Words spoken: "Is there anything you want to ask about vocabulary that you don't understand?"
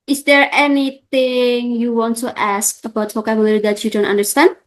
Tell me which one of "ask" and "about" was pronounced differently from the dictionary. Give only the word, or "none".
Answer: none